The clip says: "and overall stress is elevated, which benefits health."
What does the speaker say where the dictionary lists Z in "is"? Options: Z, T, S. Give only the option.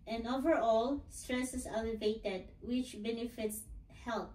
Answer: S